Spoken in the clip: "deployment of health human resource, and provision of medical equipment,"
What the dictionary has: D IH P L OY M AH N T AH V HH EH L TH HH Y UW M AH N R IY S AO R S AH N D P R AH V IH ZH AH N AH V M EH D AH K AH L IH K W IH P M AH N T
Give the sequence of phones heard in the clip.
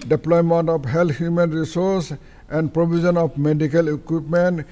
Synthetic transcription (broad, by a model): D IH P L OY M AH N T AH P HH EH L T HH Y UW M AH N R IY S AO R S AH N D P R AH B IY Z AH N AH P M EH D AH K AH L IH K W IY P M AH N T